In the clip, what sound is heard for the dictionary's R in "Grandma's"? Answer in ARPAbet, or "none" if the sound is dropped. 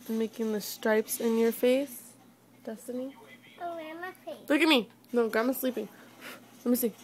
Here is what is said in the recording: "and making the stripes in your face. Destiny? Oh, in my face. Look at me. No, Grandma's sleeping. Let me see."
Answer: none